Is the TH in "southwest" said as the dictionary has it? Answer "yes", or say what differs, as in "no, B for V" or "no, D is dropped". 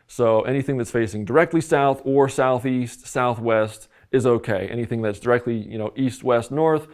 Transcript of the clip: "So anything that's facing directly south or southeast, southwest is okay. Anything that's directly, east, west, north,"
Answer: yes